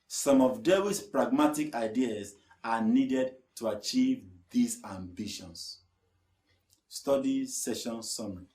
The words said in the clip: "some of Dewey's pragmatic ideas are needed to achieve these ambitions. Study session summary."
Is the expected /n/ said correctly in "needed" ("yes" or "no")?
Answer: yes